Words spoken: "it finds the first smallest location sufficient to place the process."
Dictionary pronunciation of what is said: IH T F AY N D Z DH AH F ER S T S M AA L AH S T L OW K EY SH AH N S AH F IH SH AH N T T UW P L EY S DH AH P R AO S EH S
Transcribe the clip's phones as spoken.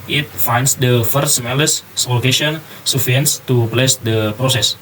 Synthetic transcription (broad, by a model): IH T F AY N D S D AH F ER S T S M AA L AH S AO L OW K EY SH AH N S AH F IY AH N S T UW P L EY S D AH P R AO S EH S